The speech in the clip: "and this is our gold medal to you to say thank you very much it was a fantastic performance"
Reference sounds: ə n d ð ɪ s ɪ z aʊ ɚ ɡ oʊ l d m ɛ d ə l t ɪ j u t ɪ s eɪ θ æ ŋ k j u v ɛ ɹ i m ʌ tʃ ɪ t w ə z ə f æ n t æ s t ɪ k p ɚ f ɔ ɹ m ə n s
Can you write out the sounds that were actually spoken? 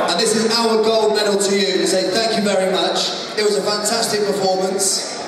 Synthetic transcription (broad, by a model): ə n ð ɪ s ɪ z aʊ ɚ ɡ oʊ l d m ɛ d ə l t ɪ j u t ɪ s eɪ θ æ ŋ k j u v ɛ ɹ i m ʌ tʃ ɪ t w ə z ə f æ n t æ s t ɪ k p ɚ f ɔ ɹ m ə n s